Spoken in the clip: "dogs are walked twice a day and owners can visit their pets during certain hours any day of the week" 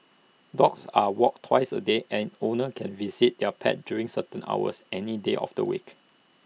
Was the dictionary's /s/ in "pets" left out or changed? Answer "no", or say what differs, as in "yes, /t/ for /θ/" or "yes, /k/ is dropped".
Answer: yes, /s/ is dropped